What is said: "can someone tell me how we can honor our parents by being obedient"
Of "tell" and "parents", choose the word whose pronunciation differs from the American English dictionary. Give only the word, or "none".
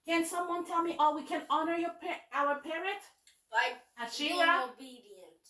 parents